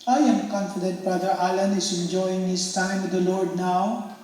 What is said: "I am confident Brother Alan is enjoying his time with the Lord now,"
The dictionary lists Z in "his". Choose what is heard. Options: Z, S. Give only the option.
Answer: S